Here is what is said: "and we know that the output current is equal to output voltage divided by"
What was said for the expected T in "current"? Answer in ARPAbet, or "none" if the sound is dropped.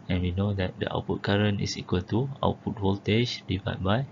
none